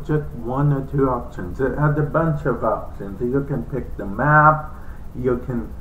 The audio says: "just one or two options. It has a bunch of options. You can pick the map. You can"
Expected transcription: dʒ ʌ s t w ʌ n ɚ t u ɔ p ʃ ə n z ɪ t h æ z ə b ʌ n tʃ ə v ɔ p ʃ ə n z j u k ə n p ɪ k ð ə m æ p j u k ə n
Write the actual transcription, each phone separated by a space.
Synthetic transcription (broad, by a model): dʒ ʌ s t w ʌ n ɚ t u ɔ p ʃ ə n z ɪ t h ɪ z ə b ʌ n tʃ ə v ɔ p ʃ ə n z j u k ə n p ɪ k ð ə m æ p j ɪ k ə n